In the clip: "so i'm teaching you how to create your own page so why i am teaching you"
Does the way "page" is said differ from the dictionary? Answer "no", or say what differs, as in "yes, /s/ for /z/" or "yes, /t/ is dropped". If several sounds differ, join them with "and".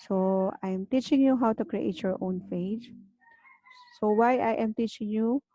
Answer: yes, /f/ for /p/